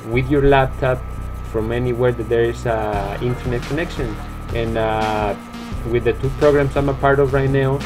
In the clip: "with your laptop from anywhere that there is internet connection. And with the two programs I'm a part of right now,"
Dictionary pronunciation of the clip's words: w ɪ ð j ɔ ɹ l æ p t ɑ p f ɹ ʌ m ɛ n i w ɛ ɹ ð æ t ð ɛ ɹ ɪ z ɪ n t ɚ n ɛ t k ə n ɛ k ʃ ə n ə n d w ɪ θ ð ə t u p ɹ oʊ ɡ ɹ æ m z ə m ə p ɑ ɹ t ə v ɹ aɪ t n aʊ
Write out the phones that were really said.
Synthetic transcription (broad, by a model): w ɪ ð j ɔ ɹ l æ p t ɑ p f ɹ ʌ m ɛ n i w ɛ ɹ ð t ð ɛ ɹ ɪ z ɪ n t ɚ n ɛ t k ə n ɛ k ʃ ə n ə n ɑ w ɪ ð ə t u p ɹ oʊ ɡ ɹ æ m s ə m ə p ɑ ɹ t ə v ɹ aɪ t n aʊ